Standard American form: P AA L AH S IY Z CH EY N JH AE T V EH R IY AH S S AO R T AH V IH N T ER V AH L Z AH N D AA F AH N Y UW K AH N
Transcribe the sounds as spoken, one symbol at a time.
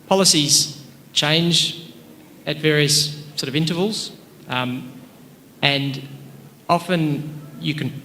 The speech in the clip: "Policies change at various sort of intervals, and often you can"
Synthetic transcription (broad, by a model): P AA L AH S IY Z CH EY N JH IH T V EH R IY AH S S AO R T AH V IH N T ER V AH L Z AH N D AA F AH N Y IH K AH N